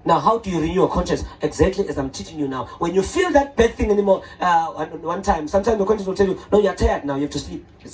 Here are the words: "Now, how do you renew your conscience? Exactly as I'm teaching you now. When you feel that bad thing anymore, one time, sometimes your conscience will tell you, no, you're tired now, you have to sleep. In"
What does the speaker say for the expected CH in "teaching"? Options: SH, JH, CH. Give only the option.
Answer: CH